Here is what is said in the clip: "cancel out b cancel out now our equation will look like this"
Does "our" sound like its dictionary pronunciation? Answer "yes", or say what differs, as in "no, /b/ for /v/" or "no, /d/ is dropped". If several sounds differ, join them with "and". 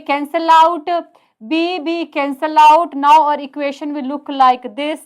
yes